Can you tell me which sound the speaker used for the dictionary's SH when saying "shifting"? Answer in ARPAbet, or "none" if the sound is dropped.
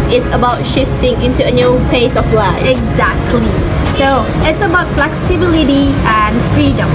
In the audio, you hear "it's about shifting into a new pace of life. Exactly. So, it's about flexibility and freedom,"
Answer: SH